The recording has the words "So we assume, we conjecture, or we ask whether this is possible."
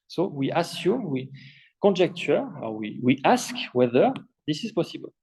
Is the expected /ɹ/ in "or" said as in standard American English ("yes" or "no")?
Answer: no